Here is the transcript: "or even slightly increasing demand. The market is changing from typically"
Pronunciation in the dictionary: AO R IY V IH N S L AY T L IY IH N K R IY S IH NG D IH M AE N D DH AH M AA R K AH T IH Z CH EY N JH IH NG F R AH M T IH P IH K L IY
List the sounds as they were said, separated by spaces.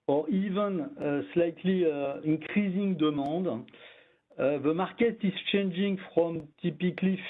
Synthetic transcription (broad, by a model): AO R IY V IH N S L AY T L IY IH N K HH IY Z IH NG D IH M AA D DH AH M AA R K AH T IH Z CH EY N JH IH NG F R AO M T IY P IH K L IY